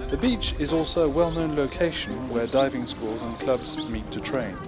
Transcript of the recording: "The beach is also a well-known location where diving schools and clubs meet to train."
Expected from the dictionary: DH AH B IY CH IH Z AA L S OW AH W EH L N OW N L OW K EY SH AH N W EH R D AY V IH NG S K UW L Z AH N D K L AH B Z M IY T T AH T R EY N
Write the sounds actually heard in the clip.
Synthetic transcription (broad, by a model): DH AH B IY CH IH Z AA L S OW AH W EH L N OW N L OW K EY SH AH N W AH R D AY V IH NG S K UW L Z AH N K L AH B Z M IY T T AH T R EY N